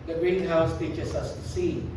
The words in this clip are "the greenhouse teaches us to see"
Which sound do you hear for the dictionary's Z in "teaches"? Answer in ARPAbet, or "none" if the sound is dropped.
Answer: S